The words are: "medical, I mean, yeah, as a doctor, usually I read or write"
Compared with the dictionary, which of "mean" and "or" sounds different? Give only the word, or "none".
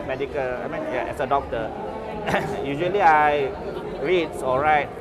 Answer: or